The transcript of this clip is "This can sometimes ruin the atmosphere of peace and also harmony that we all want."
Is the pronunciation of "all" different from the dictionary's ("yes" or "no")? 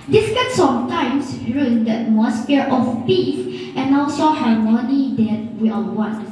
yes